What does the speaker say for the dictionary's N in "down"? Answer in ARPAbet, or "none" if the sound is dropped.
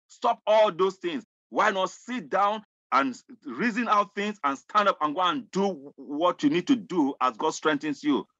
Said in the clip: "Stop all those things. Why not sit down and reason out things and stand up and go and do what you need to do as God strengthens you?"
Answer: N